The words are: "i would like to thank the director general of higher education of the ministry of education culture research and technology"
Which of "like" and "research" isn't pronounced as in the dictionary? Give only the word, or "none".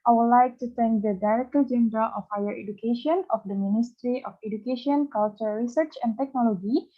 none